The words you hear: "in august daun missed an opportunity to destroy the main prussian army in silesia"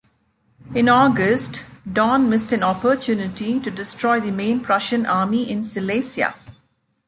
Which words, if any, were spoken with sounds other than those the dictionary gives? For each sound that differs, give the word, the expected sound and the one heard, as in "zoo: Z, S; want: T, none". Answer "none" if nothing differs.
silesia: Z, S